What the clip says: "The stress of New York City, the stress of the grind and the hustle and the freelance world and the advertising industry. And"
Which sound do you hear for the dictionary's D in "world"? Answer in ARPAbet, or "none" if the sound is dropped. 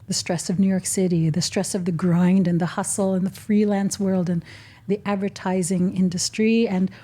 D